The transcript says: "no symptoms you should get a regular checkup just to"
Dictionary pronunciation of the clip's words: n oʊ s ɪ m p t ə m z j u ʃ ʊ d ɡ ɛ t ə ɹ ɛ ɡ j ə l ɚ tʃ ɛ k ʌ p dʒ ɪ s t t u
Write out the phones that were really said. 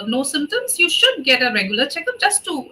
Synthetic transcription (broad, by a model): n oʊ s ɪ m t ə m s j u ʃ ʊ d ɡ ɛ t ə ɹ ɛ ɡ j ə l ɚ tʃ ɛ k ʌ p dʒ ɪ s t t u